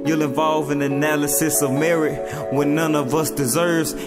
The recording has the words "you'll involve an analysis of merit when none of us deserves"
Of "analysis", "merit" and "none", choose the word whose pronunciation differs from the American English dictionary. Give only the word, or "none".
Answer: none